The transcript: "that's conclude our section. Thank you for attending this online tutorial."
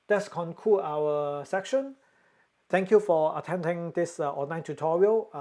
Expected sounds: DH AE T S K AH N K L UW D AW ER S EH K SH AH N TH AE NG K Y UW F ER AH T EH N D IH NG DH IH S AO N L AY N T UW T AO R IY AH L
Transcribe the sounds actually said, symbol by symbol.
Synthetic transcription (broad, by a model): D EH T S K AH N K UW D AW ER S EH K SH AH N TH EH NG K Y UW F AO AH T EH N D IH NG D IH S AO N AY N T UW T AO R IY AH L